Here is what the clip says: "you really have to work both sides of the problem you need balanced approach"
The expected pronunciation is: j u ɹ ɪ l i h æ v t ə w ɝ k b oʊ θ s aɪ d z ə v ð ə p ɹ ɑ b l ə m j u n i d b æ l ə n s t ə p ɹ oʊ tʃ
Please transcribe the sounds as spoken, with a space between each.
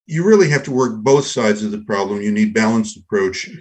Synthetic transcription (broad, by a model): j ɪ ɹ ɪ l i h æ f t ə w ɝ k b oʊ θ s aɪ d z ə v ð ə p ɹ ɑ b l ə m j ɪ n i d b æ l ə n s t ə p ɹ oʊ tʃ